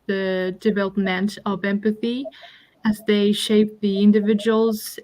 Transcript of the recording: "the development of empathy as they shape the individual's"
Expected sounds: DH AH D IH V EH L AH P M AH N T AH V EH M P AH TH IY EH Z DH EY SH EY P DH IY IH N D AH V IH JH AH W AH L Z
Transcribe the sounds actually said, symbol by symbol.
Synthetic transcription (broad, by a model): DH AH D IH V EH L AH P M AH N T AH V EH M P AH TH IY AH Z DH EY SH EY P DH IY IH N D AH V IH JH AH W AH L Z